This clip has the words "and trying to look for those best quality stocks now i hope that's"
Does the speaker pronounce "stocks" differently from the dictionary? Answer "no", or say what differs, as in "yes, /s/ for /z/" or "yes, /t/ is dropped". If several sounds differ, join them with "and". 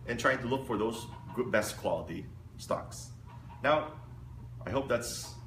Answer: no